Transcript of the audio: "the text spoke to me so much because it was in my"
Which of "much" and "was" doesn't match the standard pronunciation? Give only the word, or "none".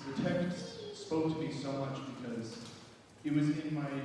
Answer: none